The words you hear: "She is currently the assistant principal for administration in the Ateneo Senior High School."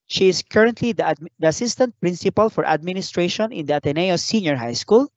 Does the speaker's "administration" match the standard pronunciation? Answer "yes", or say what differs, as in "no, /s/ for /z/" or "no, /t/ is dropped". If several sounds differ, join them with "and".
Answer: yes